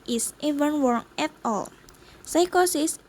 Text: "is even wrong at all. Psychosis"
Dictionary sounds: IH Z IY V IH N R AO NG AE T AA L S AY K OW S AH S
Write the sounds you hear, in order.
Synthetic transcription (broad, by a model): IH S IY V IH N W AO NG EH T AA L S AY K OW S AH S